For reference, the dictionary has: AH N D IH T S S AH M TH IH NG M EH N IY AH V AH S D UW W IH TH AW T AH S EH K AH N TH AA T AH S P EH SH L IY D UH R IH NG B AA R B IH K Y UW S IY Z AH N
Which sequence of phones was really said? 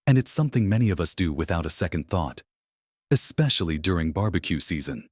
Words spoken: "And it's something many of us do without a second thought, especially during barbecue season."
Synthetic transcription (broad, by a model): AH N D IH T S S AH M TH IH NG M EH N IY AH V AH S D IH W IH TH AW T AH S EH K AH N TH AA T AH S P EH SH L IY D UH R IH NG B AA R B IH K Y UW S IY Z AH N